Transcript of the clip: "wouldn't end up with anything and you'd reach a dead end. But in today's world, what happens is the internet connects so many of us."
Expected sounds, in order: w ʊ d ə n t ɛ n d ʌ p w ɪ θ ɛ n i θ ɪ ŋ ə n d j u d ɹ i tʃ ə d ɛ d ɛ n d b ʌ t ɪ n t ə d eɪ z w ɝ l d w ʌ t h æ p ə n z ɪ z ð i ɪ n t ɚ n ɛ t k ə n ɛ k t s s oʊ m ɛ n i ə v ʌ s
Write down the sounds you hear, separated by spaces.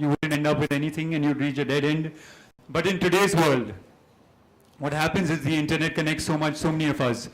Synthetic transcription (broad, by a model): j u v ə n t ɛ n d ʌ p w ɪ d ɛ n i t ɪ ŋ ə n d j u d ɹ i tʃ ə d ɛ d ɛ n d b ʌ t ɪ n t ə d eɪ z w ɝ l d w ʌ t h æ p ə n z ɪ z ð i ɪ n t ɚ n ɛ t k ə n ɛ k t s s oʊ m ɛ n i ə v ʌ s